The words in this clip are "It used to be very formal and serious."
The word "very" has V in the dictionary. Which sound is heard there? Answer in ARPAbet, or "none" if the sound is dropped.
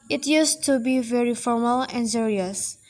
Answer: V